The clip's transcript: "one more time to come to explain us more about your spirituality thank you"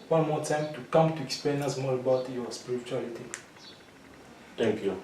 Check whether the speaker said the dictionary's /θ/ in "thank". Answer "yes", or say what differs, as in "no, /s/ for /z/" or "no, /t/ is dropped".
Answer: no, /t/ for /θ/